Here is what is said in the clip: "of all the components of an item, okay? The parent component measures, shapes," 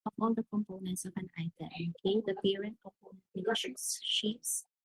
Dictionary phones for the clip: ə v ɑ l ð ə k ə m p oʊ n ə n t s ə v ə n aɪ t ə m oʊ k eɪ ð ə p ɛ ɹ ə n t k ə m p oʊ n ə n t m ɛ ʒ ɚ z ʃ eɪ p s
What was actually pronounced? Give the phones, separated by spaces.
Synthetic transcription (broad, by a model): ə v ɑ l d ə k ə m p oʊ n ə n t s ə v ə n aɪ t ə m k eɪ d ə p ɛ ɹ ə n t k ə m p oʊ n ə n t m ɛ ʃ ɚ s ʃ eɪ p s